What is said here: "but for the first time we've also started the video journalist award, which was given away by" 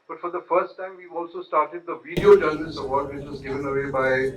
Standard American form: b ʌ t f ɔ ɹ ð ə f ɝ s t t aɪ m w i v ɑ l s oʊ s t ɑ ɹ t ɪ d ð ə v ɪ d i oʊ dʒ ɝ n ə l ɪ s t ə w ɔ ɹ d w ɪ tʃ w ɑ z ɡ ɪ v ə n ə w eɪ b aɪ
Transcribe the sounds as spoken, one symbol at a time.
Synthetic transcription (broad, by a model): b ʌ t f ɔ ɹ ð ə f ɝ s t t aɪ m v i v ɑ l s oʊ s t ɑ ɹ t ɪ d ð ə v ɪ d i oʊ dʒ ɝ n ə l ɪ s ə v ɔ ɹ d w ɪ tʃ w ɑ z ɡ ɪ v ə n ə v eɪ b aɪ